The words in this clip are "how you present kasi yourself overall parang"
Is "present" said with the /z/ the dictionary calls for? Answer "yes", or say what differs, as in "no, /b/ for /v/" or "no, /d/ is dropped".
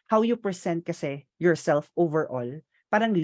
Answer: no, /s/ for /z/